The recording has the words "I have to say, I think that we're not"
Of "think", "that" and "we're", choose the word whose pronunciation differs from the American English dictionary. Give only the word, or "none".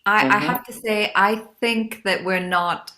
none